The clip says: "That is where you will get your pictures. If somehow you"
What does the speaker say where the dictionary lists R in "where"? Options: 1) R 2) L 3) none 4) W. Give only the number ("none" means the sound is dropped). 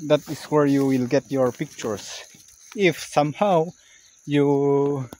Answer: 1